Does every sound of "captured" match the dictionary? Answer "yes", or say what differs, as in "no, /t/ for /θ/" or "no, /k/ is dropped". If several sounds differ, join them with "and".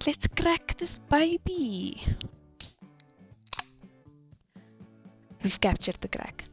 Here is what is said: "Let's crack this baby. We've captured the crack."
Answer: yes